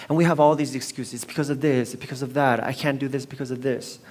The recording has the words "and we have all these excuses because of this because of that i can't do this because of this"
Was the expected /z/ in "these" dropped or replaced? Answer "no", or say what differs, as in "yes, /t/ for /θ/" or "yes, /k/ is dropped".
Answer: no